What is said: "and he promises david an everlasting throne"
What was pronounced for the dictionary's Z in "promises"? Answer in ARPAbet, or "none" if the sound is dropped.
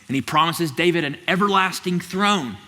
Z